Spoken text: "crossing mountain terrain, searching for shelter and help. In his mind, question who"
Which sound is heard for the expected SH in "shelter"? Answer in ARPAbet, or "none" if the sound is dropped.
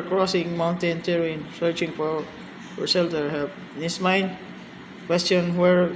S